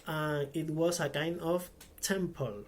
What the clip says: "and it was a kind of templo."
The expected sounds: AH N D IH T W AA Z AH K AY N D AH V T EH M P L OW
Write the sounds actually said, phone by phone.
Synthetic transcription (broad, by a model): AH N IH T W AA S AH K AY N D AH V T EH M P L